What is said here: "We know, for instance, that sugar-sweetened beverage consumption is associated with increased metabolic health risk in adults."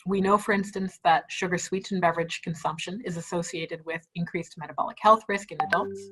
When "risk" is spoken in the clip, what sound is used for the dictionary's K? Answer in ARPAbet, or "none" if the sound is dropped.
K